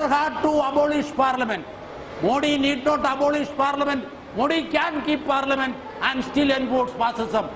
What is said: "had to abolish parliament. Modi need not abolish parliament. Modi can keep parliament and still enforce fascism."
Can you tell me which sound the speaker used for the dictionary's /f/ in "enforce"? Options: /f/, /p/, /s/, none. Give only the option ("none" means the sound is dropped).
/p/